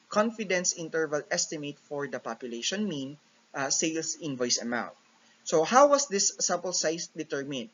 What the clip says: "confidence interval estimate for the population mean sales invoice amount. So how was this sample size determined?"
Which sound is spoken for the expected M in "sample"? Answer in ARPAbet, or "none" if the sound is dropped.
none